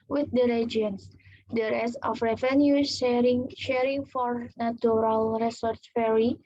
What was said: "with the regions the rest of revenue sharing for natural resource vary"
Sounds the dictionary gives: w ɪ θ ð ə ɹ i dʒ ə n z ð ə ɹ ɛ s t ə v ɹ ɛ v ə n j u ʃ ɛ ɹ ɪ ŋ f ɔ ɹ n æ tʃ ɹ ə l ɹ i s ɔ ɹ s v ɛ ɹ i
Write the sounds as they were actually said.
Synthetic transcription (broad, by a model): w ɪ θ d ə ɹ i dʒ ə n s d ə ɹ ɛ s ə f ɹ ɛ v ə n j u ʃ ɛ ɹ ɪ ŋ f ɔ ɹ n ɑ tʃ ɹ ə l ɹ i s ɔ ɹ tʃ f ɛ ɹ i